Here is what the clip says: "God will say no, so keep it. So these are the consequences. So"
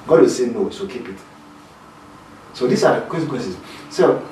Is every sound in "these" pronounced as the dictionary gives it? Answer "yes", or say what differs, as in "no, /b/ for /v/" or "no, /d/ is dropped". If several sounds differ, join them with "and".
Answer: no, /s/ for /z/